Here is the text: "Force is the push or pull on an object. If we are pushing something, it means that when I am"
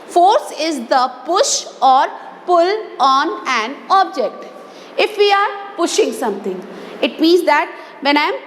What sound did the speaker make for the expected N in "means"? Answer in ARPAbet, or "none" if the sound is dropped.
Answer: N